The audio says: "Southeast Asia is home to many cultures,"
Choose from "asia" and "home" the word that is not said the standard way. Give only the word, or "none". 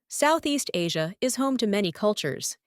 none